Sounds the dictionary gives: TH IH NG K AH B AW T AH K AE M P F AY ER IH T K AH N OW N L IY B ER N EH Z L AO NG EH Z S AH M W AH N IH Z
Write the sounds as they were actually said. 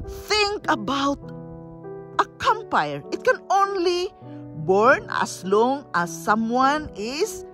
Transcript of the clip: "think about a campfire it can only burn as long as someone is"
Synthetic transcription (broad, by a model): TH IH NG K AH B AW T AH K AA M P AY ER IH T K AH N OW N L IY B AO N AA S L AO NG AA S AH M W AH N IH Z